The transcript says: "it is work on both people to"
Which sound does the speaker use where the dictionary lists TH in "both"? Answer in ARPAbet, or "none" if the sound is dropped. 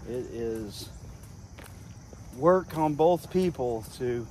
TH